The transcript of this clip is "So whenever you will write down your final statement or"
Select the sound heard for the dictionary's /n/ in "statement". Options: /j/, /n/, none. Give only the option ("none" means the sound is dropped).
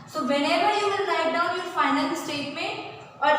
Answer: /n/